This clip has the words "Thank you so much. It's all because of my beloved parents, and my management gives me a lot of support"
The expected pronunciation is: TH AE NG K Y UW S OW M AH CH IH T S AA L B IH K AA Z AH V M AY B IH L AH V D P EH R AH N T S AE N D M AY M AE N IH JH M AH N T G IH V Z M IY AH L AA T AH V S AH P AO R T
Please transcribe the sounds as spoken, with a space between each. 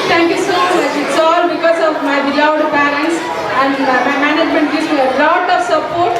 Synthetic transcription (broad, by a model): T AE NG K Y UW S OW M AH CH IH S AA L B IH K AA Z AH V M AY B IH L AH W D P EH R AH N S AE N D M AY M AE N IH JH M AH N T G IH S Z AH L AA T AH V S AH P AO R T